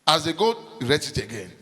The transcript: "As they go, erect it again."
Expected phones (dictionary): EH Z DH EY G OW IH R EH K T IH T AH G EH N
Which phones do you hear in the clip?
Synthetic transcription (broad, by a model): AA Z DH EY G OW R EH T IH T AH G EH N